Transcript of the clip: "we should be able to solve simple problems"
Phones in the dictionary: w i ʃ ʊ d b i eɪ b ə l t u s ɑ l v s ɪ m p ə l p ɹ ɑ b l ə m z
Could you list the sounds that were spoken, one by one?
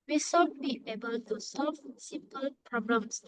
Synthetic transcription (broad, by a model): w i s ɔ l b i eɪ b ə l t u s ɑ l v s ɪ p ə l p ɹ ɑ b l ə m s